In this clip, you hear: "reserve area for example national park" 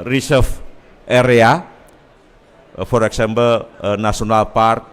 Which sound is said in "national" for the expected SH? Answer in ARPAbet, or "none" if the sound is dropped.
S